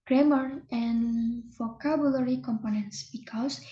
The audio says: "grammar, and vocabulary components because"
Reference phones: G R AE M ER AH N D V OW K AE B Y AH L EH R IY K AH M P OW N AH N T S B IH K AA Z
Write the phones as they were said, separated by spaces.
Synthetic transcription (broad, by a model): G R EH M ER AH N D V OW K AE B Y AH L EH R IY K AH M P OW N AH N T S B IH K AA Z